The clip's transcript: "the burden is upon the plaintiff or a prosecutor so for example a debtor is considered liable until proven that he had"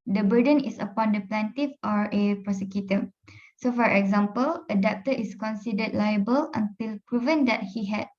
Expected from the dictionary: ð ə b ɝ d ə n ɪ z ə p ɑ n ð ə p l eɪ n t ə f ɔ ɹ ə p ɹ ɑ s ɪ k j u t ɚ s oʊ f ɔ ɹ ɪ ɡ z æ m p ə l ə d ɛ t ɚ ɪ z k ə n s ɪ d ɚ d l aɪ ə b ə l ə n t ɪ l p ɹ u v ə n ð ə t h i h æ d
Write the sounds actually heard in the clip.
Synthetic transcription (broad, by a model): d ə b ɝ d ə n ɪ s ə p ɑ n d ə p l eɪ n t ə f ɔ ɹ ə p ɹ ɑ s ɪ k j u t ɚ s oʊ f ɔ ɹ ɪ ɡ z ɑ m p ə l ə d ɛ t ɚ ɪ s k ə n s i d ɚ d l aɪ ə b ə l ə n t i l p ɹ u v ə n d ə t h i h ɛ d